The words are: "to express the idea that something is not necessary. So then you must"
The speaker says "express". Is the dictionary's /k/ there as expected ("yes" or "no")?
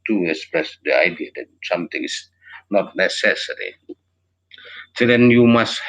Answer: yes